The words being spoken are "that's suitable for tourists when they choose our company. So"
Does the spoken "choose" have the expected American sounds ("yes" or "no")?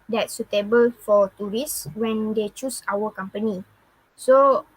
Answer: no